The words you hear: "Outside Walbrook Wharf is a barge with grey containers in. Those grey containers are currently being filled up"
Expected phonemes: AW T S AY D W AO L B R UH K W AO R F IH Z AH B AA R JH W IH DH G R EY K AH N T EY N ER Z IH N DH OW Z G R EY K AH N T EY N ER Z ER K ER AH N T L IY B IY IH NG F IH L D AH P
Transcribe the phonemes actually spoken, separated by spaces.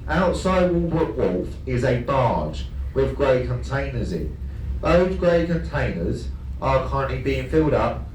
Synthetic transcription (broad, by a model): AW T S AY D W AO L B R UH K W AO L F IH Z AH B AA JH W IH DH G R EY K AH N T EY N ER Z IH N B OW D G R EY K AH N T EY N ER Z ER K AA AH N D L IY B IY IH NG F IH L D AH P